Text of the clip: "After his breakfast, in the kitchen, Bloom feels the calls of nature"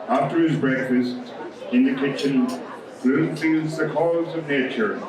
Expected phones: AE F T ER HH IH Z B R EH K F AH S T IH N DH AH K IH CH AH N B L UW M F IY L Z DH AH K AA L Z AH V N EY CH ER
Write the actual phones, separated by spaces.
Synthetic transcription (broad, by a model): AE F T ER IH Z B R EH K F AH S T IH N DH AH K IH CH AH N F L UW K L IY Z DH AH K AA Z AH V N EY CH ER